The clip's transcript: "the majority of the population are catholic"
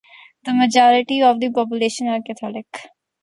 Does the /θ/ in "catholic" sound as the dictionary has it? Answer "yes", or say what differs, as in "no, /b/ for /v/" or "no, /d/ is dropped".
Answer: no, /t/ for /θ/